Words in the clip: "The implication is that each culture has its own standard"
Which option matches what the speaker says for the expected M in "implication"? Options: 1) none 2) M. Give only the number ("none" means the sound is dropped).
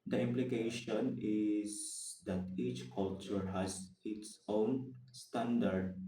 2